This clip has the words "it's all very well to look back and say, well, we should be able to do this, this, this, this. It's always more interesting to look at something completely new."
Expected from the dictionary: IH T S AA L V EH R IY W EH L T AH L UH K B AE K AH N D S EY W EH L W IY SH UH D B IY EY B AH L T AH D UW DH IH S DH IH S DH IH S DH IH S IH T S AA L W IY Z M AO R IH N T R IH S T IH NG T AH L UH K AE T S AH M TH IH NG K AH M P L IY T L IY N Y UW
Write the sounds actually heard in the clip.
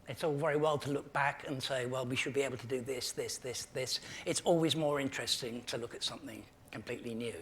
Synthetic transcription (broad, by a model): IH T S AA L V EH R IY W EH L T AH L UH K B AE K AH N S EY W EH L W IY SH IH D B IY EY B L T AH D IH DH IH S DH IH S DH IH S DH IH S IH T S AA L W IY Z M AO R IH N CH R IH S T IH NG T AH L UH K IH T S AH M TH IH NG K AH M P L IY T L IY N Y UW